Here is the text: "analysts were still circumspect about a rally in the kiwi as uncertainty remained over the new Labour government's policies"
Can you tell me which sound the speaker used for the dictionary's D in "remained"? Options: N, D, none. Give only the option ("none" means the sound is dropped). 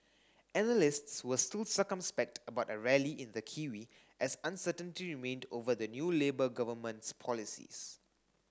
D